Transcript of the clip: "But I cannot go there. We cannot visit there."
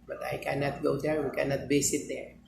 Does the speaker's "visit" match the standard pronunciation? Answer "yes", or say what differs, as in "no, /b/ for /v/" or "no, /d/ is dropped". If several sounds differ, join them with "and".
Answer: no, /b/ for /v/ and /s/ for /z/